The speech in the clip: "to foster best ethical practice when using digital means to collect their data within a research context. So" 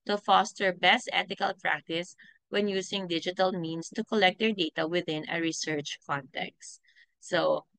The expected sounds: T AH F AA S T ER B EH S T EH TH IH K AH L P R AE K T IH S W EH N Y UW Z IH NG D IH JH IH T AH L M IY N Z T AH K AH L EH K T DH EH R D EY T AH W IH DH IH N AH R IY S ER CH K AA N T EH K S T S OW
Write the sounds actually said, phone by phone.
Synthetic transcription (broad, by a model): T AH F AA S T ER B EH S T EH T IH K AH L P R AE K T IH S W EH N Y UW S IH NG D IH JH IH T AH L M IY N S T AH K AH L EH K T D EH R D EY T AH W IH DH IH N AH R IY S ER CH K AA N T EH K S T S OW